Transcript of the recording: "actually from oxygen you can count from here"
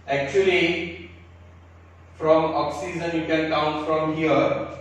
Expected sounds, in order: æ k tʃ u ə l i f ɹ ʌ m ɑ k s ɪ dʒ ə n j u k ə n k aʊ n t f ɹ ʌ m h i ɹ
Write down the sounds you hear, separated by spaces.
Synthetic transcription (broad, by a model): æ k tʃ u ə l i f ɹ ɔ m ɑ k s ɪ z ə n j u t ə l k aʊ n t f ɹ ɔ m h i ɹ